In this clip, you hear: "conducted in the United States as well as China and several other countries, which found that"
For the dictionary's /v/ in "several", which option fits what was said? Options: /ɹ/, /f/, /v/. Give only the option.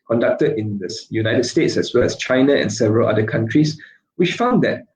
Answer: /v/